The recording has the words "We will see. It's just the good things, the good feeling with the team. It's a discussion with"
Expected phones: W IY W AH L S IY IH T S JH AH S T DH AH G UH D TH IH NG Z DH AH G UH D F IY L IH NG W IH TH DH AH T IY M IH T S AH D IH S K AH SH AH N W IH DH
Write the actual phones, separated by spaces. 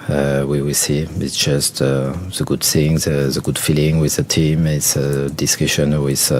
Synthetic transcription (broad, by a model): W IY W AH L S IY IH T S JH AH S T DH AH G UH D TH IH NG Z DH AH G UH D F IY L IH NG W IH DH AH T IY M IH T S AH D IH S K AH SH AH N W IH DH